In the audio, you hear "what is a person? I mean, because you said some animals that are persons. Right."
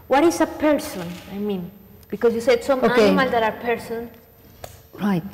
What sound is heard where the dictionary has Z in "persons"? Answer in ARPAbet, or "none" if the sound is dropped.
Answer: none